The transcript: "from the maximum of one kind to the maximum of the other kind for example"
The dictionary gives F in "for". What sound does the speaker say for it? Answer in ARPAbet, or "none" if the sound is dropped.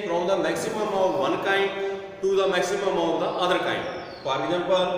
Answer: P